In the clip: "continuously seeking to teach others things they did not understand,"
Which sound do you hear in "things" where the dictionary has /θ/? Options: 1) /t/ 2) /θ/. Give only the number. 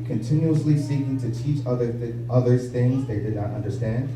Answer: 2